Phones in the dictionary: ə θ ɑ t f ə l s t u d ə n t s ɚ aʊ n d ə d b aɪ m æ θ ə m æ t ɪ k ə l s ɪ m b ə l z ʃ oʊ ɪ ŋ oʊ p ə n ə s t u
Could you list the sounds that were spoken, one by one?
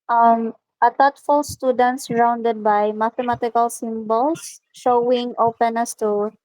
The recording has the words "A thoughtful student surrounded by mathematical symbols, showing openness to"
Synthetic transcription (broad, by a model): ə t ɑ t f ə l s t u d ə n t s ɚ aʊ n d ə d b aɪ m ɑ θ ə m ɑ t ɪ k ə l s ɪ m b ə l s ʃ oʊ ɪ ŋ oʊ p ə n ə s t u